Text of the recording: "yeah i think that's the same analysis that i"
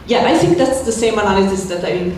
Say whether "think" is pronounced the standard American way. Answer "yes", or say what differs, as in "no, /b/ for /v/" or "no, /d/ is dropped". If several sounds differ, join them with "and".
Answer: yes